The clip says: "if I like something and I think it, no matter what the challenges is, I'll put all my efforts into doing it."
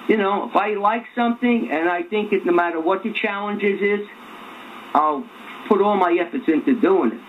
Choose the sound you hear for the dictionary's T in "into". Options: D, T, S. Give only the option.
T